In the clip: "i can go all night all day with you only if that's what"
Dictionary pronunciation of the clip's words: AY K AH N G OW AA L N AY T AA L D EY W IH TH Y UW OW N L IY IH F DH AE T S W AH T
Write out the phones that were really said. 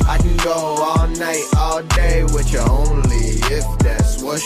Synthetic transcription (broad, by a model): AY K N G OW AA L N AY T AA L D EY W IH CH OW N L IY IH F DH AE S W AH